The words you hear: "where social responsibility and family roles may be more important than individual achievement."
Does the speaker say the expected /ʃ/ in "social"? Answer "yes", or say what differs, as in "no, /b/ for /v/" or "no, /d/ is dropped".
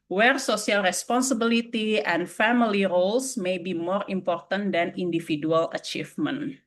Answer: no, /s/ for /ʃ/